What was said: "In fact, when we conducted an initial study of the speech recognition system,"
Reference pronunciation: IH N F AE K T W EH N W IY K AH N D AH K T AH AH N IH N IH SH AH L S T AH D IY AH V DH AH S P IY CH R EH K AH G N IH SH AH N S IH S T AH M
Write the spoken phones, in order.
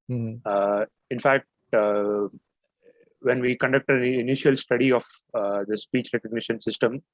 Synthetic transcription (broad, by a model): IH N F AE K T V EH N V IY K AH N D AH K T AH AH N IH N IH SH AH L S T AH D IY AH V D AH S P IY CH R EH K AH G N IH SH AH N S IH S T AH M